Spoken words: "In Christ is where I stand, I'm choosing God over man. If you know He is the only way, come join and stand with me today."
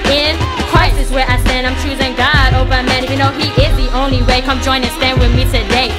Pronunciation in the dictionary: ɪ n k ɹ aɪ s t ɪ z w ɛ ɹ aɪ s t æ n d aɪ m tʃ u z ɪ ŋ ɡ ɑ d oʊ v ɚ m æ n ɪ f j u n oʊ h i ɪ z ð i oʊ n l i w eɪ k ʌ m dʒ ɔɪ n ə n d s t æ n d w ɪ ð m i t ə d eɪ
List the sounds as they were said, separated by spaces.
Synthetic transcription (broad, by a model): ɪ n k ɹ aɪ s ɪ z w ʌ ɹ aɪ s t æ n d aɪ m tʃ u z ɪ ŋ ɡ ɑ d oʊ v ɚ m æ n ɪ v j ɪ n oʊ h i ɪ z ð i oʊ n l i w eɪ k ʌ m dʒ ɔɪ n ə s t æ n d w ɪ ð m i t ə d eɪ